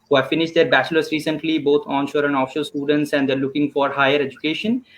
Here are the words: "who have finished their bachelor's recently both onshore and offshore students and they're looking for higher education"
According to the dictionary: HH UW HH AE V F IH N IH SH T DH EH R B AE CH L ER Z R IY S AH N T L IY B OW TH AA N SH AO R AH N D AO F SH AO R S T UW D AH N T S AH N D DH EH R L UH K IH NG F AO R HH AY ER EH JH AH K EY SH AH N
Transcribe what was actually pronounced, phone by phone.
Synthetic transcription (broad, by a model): HH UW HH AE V F IH N IH SH T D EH R B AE CH L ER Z R IY S AH N T L IY B OW T AA N SH AO R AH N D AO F SH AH L S T UW D AH N T S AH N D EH R L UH K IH NG F AO R HH AY ER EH JH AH K EY SH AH N